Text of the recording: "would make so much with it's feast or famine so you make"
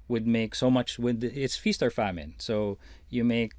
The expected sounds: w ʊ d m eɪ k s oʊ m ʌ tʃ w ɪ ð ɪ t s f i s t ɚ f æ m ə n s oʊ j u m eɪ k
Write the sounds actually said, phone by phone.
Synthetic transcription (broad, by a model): w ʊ d m eɪ k s oʊ m ʌ tʃ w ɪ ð ɪ t s f i s t ɚ f æ m ə n s oʊ j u m eɪ k